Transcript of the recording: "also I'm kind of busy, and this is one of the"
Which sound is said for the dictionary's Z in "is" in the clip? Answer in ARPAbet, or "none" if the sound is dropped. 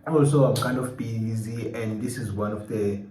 Z